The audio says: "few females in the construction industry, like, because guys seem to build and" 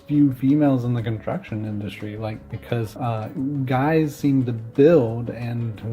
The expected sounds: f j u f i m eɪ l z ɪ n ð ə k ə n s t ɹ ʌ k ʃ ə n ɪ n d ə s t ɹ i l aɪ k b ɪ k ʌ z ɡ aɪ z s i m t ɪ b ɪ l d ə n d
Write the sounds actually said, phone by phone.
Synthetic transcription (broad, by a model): f j u f i m eɪ l z ɪ n ð ə k ə n s t ɹ ʌ k ʃ ə n ɪ n d ə s t ɹ i l aɪ k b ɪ k ʌ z ɡ aɪ z s i m t ɪ b ɪ l d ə n